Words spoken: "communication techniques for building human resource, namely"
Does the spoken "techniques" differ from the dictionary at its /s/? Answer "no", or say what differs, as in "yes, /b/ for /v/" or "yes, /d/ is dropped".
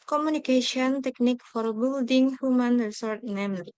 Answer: yes, /s/ is dropped